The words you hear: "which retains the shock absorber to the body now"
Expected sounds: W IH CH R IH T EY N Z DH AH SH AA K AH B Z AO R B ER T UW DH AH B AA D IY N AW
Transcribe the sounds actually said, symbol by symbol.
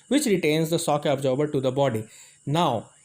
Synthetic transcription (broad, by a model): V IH CH R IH T EY N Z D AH S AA K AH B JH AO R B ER T UW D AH B AA D IY N AW